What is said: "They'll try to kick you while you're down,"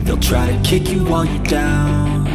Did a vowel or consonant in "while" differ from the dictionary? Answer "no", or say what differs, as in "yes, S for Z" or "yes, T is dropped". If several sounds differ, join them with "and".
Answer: yes, N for L